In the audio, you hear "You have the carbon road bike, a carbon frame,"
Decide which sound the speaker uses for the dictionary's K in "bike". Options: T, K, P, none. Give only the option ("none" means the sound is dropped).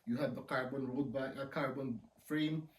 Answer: none